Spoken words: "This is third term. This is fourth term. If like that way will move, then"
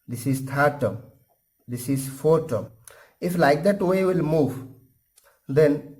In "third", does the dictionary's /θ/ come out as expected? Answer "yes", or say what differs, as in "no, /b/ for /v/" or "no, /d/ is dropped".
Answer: no, /t/ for /θ/